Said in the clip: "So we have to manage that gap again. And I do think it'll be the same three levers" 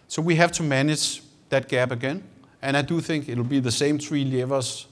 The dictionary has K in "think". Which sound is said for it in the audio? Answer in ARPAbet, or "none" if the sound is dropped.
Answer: K